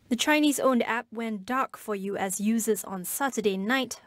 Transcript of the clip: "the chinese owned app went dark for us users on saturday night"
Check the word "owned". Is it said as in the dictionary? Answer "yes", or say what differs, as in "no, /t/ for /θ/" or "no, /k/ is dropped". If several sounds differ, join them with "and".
yes